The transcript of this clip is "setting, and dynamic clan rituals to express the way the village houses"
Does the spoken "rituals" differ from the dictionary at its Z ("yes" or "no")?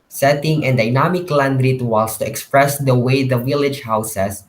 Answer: yes